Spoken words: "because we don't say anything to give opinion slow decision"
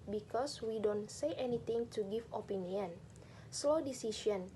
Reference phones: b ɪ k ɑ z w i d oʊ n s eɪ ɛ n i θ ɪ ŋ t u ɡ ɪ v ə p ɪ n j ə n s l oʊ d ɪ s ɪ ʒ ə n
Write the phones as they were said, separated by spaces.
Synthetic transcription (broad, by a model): b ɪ k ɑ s w i d oʊ n s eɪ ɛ n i t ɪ ŋ t u ɡ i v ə p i n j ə n s l oʊ d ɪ s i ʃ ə n